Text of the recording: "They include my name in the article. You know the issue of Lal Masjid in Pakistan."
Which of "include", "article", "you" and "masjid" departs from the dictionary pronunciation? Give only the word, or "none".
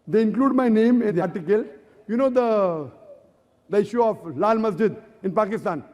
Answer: none